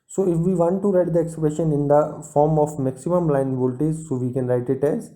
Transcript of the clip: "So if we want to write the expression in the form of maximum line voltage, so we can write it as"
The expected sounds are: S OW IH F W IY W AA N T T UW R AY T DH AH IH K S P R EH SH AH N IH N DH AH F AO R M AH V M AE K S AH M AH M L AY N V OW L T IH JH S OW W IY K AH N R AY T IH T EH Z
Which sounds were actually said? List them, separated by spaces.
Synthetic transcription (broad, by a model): S OW IH F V IY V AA N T T UW R AY T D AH IH K S P R EH SH AH N IH N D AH F AO R M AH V M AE K S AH M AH M L AY N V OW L T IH Z S OW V IY K AH N R AY T IH T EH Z